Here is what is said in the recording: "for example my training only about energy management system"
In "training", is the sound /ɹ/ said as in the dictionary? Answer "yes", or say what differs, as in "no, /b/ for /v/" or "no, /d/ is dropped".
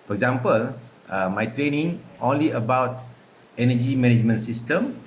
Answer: yes